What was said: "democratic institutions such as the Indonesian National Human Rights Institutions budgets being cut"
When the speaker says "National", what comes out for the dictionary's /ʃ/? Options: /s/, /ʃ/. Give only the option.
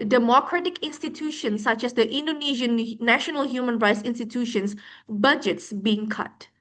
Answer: /ʃ/